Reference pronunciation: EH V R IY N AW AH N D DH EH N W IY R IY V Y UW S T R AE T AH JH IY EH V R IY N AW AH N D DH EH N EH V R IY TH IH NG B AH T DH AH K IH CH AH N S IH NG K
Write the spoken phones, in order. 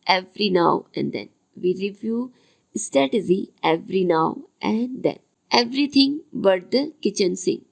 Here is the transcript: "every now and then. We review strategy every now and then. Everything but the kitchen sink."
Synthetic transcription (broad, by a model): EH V R IY N AW AH N D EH N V IY R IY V Y UW S T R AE T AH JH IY EH V R IY N AW AH N D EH N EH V R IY T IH NG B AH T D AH K IH CH AH N S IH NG